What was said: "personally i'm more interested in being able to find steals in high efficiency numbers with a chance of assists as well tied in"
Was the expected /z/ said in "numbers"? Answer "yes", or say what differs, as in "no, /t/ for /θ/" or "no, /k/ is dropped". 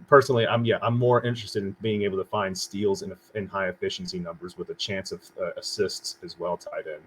yes